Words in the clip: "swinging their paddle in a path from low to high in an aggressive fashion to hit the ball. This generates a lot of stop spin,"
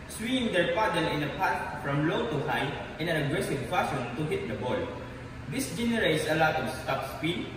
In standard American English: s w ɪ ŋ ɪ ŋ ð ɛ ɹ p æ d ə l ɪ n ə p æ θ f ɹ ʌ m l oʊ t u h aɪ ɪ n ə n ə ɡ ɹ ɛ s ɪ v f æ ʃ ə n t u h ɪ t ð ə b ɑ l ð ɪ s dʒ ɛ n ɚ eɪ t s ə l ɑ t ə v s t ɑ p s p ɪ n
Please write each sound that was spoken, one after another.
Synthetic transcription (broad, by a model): s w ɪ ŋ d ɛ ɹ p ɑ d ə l ɪ n ə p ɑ t f ɹ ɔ m l oʊ t u h aɪ ɪ n ə n ə ɡ ɹ ɛ s ɪ v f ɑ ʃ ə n t u h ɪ t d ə b ɑ l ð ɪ s dʒ ɛ n ɚ eɪ t s ə l ɑ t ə s t ɑ p s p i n